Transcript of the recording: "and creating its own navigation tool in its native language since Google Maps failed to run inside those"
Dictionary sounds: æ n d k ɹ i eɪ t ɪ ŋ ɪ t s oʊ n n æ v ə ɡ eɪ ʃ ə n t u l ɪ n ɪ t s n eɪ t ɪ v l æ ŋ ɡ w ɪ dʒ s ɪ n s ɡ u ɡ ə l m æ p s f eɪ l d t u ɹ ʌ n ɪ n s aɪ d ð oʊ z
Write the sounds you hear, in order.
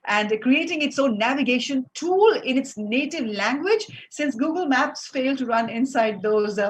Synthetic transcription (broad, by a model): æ n d k ɹ i eɪ t ɪ ŋ ɪ t s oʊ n n æ v ə ɡ eɪ ʃ ə n t u l ɪ n ɪ t s n eɪ t ɪ v l æ ŋ ɡ w ɪ dʒ s ɪ n s ɡ u ɡ ə l m æ p s f eɪ l d t u ɹ ʌ n ɪ n s aɪ d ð oʊ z